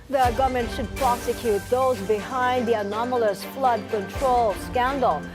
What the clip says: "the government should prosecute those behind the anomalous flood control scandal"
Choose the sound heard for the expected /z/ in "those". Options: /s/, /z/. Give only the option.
/z/